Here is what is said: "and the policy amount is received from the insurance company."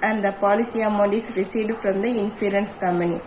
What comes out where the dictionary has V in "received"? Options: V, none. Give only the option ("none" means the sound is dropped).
none